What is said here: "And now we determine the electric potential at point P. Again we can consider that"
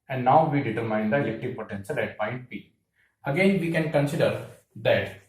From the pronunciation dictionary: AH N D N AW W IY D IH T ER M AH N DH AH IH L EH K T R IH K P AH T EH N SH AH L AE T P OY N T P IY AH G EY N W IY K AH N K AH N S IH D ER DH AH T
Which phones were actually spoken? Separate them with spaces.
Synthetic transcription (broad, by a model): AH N D N AW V IY D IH T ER M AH N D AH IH L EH K T IH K P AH T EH N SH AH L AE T P OY N T P IY AH G EY N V IY K AH N K AH N S IH D ER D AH T